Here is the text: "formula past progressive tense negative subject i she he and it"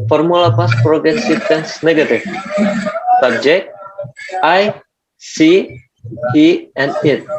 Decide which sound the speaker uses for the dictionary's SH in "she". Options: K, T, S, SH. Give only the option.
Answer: S